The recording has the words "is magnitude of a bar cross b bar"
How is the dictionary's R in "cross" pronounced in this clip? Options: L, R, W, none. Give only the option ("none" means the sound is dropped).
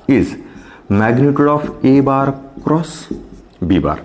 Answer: R